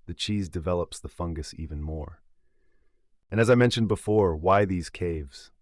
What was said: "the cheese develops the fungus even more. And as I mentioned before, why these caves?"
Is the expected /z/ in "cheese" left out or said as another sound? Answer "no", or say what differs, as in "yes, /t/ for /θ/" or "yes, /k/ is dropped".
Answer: no